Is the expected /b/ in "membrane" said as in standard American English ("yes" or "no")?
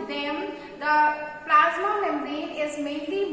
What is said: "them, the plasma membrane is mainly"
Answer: no